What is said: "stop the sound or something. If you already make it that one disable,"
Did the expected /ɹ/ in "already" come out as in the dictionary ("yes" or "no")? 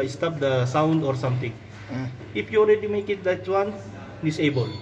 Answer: no